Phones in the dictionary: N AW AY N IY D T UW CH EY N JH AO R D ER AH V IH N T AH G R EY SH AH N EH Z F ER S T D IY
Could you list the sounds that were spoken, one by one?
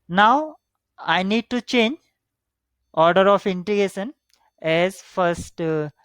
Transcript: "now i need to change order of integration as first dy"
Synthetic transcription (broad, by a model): N AW AY N IY D T UW CH EY N JH AO R D ER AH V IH N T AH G EY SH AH N EH Z F ER S T